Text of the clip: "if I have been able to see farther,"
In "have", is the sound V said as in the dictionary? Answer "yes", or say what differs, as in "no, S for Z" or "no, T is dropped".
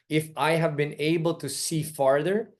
yes